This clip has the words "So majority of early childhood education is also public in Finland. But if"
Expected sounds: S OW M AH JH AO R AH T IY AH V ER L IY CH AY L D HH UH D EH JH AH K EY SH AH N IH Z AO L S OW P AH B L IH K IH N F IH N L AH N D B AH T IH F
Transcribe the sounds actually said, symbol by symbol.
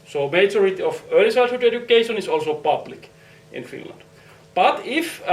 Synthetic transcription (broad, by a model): S OW M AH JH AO R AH T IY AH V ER L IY S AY D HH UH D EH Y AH K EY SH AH N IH S AO L S OW P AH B L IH K IH N F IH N L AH N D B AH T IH F